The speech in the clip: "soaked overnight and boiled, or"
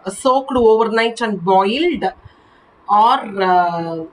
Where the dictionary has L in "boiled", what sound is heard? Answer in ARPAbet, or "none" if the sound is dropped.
L